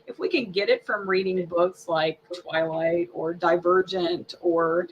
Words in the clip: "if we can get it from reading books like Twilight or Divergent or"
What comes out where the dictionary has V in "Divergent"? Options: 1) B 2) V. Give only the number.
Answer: 2